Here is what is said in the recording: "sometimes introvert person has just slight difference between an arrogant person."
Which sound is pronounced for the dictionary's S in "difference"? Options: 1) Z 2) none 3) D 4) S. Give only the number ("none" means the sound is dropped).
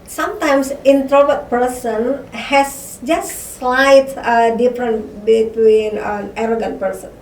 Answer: 2